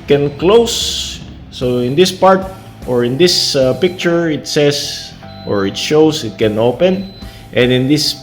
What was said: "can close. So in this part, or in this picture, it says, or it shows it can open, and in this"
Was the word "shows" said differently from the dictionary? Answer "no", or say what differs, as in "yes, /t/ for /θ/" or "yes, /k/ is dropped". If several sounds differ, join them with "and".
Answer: yes, /s/ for /z/